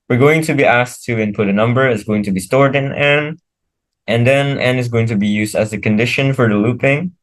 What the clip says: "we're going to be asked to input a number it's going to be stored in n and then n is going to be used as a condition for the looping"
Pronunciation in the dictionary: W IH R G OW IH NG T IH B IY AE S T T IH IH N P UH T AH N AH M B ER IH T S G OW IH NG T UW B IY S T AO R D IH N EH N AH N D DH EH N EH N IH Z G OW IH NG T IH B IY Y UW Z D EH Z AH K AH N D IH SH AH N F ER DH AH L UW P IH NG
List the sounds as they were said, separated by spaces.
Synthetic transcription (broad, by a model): W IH R G OW IH NG T IH B IY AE S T T IH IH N P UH T AH N AH M B ER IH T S G OW IH NG T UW B IY S T AO R D IH N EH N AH N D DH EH N EH N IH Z G OW IH NG T IH B IY Y UW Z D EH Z AH K AH N D IH SH AH N F ER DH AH L UW P IH NG